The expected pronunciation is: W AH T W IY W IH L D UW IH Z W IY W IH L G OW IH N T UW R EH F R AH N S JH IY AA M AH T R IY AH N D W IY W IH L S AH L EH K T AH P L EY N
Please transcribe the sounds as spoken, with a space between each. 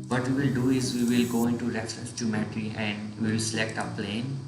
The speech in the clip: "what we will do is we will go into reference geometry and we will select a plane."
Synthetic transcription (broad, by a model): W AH T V IY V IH L D UW IH Z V IY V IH L G OW IH N T UW R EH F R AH S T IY M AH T R IY AH N D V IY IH L S AH L EH K T AH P L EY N